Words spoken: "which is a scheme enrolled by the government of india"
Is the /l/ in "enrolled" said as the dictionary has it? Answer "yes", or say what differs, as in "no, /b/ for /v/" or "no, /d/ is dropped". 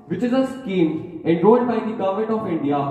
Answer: no, /l/ is dropped